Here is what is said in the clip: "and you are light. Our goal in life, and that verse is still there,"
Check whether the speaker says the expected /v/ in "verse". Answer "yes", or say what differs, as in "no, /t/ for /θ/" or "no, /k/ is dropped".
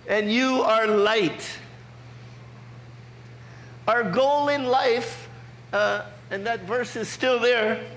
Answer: yes